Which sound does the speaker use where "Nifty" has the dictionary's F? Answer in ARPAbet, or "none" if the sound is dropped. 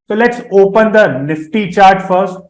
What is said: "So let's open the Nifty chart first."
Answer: F